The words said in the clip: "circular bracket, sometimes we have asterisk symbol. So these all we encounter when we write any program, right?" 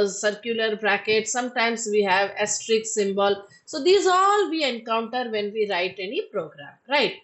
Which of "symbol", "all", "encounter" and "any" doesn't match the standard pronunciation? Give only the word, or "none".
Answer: none